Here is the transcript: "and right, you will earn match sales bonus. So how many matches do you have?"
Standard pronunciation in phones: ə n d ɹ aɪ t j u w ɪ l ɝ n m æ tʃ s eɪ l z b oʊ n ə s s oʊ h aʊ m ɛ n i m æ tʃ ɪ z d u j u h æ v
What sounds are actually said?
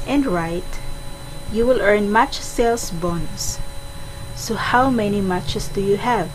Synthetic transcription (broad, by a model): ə n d ɹ aɪ t j u w ɪ l ɝ n m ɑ tʃ s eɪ l s b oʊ n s s oʊ h aʊ m ɛ n i m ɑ tʃ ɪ s d u j u h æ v